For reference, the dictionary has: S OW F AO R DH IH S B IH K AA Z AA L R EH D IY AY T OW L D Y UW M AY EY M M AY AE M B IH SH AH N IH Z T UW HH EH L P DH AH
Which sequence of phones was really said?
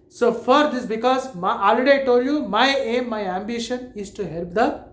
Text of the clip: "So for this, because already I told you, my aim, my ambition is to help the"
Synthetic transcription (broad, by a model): S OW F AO R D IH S B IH K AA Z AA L IY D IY T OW D Y UW M AY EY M M AY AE M B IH SH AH N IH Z T UW HH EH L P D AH